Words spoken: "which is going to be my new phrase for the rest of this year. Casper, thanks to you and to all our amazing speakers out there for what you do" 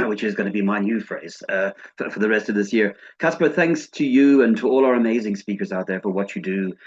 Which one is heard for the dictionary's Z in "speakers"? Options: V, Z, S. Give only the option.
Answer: Z